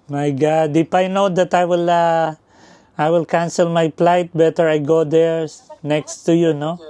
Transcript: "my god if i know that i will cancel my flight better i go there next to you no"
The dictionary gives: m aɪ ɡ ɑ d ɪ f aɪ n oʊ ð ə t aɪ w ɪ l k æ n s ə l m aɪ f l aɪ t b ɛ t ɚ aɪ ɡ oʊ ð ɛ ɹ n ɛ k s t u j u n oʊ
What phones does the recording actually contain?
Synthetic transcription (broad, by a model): m aɪ ɡ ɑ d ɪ p aɪ n oʊ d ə t aɪ w ɪ l k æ n s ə l m aɪ p l aɪ t b ɛ t ɚ aɪ ɡ oʊ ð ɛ ɹ n ɛ k s t u j u n oʊ